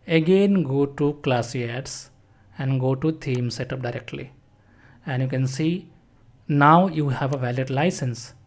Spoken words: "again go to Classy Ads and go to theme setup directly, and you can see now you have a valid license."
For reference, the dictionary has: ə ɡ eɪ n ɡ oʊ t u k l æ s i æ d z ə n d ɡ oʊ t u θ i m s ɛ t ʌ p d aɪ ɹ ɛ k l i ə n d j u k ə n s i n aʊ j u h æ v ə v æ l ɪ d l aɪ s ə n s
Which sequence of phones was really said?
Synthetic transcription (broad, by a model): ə ɡ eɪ n ɡ oʊ t u k l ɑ s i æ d s ə n d ɡ oʊ t u t i m s ɛ t ʌ p d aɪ ɹ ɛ k l i ə n d j u k ə n s i n aʊ j u h æ v ə v æ l ɪ d l aɪ s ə n s